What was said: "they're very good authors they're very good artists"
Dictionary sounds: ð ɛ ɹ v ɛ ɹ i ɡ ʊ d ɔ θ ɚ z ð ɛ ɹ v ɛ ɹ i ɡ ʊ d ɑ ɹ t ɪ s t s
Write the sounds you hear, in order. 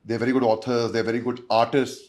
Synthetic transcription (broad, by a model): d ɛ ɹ v ɛ ɹ i ɡ ʊ d ɔ t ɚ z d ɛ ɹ v ɛ ɹ i ɡ ʊ d ɑ ɹ t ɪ s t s